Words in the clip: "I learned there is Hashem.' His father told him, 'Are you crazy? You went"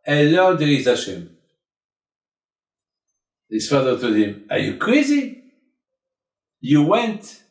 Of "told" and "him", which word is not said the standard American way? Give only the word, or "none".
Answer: told